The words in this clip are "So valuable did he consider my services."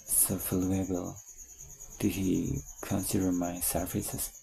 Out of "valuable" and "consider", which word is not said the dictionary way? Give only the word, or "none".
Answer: valuable